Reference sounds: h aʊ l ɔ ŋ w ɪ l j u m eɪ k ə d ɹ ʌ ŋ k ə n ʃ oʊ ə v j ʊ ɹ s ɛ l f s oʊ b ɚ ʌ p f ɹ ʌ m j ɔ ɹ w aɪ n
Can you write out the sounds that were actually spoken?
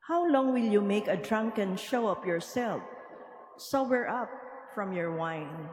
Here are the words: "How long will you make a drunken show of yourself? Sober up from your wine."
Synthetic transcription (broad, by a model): h aʊ l ɔ ŋ w ɪ l j u m eɪ k ə d ɹ ʌ ŋ k ə n ʃ oʊ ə p j ʊ ɹ s ɛ l f s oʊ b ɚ ʌ p f ɹ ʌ m j ɔ ɹ w aɪ n